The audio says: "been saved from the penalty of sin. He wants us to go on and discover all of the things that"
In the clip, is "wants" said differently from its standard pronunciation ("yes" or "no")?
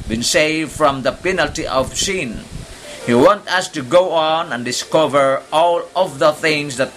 yes